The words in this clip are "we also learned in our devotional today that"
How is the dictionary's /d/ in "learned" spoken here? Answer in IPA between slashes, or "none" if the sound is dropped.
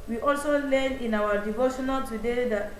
none